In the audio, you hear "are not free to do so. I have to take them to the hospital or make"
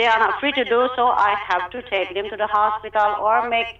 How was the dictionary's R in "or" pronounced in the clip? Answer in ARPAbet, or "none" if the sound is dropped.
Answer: R